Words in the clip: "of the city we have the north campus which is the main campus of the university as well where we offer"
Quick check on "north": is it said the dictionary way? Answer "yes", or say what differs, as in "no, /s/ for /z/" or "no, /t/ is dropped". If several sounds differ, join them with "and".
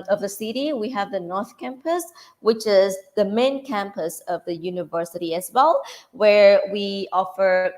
yes